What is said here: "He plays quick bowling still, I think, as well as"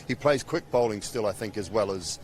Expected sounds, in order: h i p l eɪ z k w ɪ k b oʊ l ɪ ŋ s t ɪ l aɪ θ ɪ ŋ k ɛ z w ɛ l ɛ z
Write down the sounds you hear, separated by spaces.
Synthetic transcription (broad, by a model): h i p l eɪ z k w ɪ k b oʊ l ɪ ŋ s t ɪ l aɪ θ ɪ ŋ k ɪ z w ɛ l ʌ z